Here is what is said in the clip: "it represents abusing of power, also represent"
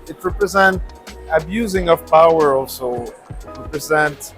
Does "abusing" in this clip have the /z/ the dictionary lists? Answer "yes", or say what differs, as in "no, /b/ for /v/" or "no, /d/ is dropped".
yes